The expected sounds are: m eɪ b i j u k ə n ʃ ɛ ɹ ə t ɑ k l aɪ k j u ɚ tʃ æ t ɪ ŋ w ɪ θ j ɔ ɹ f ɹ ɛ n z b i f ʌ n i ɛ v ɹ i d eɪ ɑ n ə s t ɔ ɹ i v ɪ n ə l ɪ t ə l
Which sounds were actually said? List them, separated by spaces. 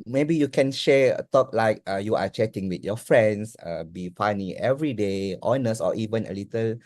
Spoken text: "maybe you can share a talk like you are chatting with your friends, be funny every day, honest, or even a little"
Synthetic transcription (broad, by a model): m eɪ b i j u k ə n ʃ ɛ ə t ɑ k l aɪ k j u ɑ tʃ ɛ t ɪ ŋ w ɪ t j ɔ f ɹ ɛ n s b i f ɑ n i ɛ v ɹ i d eɪ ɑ n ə s ɔ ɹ i v ɪ n ə l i t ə l